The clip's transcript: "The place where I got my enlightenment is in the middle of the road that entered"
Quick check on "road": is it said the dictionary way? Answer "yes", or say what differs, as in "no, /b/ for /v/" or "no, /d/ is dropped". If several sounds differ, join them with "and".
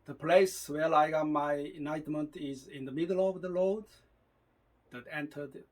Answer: no, /l/ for /ɹ/